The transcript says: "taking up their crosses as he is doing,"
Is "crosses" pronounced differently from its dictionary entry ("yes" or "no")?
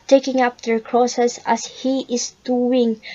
yes